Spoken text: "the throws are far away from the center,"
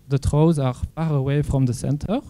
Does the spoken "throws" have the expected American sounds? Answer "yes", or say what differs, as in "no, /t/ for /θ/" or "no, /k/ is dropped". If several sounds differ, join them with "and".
no, /t/ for /θ/